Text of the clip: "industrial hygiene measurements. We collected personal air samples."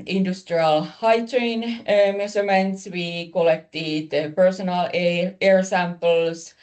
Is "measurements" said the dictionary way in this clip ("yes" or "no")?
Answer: no